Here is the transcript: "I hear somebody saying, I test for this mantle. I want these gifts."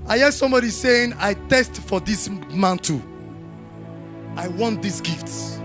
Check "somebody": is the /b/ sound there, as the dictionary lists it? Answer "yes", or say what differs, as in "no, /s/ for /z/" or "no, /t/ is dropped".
yes